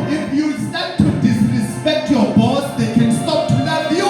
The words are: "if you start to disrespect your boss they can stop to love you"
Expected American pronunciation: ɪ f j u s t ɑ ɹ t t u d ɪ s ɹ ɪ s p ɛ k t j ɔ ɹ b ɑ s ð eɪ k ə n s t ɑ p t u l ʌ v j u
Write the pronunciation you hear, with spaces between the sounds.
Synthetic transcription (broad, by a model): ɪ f j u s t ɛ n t t u d ɪ s ɹ ɪ s p ɛ k t j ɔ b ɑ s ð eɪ k ə n s t ɑ p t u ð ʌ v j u